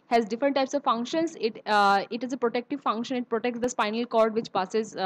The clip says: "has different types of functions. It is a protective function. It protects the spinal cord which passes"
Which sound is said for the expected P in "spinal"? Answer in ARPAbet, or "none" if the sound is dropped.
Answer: P